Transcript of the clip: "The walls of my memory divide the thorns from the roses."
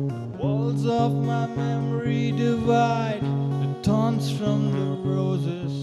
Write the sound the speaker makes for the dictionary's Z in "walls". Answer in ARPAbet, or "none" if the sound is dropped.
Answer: Z